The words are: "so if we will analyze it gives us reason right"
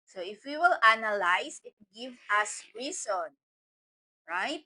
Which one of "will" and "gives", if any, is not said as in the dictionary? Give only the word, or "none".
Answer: gives